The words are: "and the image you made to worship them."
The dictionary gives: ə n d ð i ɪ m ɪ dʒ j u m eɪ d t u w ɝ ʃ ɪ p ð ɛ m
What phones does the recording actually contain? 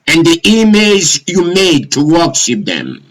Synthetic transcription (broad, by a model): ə n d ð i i m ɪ z j u m eɪ d t u w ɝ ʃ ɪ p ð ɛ m